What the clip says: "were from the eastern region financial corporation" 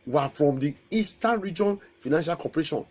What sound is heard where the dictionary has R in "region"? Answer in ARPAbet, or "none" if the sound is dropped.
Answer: R